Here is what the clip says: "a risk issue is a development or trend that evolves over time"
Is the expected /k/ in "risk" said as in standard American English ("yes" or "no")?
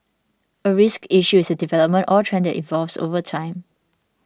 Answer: yes